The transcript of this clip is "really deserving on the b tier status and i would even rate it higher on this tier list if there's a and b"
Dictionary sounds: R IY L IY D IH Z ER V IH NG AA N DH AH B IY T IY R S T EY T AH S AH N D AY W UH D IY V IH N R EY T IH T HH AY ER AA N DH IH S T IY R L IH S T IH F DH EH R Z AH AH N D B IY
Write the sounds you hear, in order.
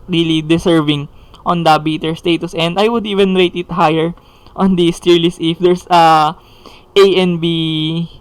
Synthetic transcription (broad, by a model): R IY L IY D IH S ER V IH NG AA N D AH B IY T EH R S T EY T AH S AH N D AY W UH D IY V IH N R EY T IH T HH AY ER AA N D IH S T IY R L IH S IH F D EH R S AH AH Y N B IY